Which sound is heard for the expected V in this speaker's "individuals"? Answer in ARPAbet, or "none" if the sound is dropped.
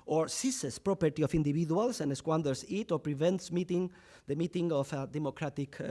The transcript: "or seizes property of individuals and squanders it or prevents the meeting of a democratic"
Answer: B